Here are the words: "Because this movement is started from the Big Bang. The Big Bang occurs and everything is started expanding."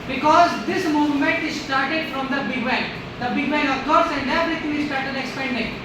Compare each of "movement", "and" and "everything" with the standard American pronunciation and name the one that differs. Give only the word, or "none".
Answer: everything